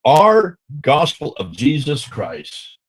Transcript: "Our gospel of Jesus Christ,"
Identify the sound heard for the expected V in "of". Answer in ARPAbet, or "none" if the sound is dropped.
V